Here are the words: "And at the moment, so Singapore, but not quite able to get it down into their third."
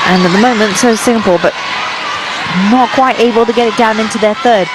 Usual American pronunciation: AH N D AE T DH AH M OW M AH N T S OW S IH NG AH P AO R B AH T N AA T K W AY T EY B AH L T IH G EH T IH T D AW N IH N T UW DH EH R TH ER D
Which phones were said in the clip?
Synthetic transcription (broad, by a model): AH N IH T DH AH M OW M AH N T S OW S IH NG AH P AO L B AH T N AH T K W AY T EY B AH L T IH G EH T IH T D AW N IH N T UW DH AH R TH ER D